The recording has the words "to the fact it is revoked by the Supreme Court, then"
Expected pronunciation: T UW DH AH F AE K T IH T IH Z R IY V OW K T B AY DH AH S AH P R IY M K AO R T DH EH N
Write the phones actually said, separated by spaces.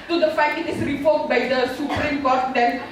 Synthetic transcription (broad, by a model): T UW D AH F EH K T IH T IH S R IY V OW T B AY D AH S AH P R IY M K AO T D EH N